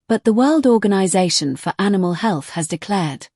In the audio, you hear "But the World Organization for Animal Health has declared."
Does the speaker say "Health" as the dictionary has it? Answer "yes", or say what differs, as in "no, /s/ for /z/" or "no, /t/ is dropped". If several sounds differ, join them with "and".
yes